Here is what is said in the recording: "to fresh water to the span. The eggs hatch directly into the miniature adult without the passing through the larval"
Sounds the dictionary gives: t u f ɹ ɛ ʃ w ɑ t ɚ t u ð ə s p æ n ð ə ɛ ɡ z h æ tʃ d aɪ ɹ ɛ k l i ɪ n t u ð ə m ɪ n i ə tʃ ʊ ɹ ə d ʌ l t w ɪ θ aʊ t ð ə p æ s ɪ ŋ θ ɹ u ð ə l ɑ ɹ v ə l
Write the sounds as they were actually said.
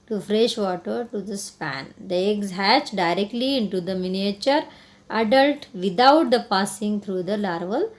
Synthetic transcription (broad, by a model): t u f ɹ ɛ ʃ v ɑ t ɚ t u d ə s p æ n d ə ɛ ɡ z h æ tʃ d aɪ ɹ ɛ k l i ɪ n t u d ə m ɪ n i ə tʃ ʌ ɹ ə d ʌ l t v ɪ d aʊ t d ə p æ s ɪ ŋ t ɹ u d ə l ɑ ɹ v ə l